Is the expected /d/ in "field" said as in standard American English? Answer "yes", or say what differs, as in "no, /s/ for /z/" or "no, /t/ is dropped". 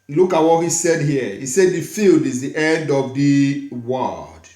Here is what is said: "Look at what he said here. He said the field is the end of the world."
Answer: yes